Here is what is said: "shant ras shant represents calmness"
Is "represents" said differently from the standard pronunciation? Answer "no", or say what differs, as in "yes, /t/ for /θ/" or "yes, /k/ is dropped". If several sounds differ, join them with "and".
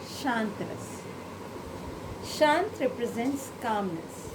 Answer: no